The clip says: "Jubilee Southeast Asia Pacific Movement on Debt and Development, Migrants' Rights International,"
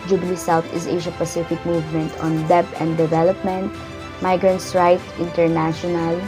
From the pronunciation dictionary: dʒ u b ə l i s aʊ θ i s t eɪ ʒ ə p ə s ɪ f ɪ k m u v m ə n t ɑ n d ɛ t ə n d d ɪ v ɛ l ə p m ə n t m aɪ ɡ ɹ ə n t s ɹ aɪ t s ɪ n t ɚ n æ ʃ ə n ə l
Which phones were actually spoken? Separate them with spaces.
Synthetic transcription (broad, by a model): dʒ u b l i s aʊ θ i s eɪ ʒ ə p ə s ɪ f ɪ k m u v m ə n t ɑ n d ɛ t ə n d d ɪ v ɛ l ə p m ə n t m aɪ ɡ ɹ ə n t s ɹ aɪ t ɪ n t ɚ n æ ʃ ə n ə l